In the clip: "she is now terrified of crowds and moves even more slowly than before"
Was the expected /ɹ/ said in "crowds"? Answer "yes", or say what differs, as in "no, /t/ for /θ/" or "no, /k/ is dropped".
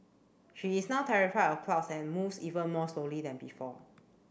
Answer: no, /l/ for /ɹ/